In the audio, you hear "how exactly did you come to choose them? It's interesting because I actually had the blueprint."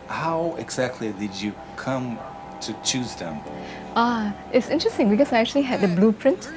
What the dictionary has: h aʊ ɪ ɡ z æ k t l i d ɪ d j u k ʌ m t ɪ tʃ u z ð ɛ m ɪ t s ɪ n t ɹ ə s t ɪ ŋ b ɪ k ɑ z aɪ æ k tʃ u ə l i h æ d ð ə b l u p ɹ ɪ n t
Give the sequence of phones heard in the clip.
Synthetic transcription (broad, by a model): h aʊ ɪ ɡ z æ k t l i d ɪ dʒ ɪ k ʌ m t ɪ tʃ u z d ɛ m ɪ t s ɪ n t ɹ ə s t ɪ ŋ b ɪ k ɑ s aɪ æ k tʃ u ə l i h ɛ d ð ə b l u p ɹ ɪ n t